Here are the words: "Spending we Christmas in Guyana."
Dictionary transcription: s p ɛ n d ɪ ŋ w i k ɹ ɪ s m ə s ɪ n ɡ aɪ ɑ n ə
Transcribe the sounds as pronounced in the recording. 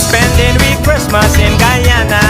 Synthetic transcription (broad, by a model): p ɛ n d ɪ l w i k ɹ ɪ s m ə s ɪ l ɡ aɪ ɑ n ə